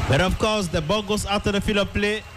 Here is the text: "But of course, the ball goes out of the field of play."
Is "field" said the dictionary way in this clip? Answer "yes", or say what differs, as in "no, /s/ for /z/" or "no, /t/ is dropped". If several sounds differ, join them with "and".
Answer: no, /d/ is dropped